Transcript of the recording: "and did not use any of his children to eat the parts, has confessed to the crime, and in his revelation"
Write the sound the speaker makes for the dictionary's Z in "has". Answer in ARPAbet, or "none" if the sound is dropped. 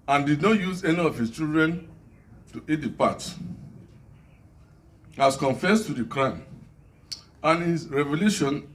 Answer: S